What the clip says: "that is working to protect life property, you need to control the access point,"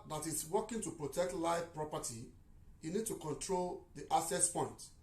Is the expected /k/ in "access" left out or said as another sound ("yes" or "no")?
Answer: yes